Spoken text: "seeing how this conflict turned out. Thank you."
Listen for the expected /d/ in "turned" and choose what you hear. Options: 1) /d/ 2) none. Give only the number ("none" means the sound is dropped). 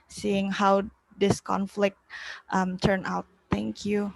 2